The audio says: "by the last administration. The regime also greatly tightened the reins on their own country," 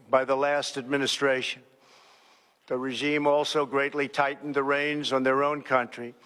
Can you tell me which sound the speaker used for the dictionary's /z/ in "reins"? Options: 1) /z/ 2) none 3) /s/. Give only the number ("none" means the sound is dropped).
1